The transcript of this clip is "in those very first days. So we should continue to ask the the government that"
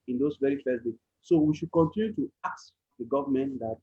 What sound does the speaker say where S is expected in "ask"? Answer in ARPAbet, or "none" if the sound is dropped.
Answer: none